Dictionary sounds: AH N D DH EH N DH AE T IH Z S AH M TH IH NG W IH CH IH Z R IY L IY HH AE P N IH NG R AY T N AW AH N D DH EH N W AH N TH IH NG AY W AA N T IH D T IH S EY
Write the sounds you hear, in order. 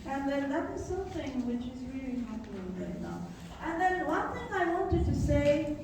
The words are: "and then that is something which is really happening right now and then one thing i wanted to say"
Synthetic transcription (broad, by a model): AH N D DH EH N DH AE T IH Z S AH M TH IH NG W IH CH IH Z R IY L IY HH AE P IH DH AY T N AW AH N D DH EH N W AH N TH IH NG AY W AA N T IH D T IH S EY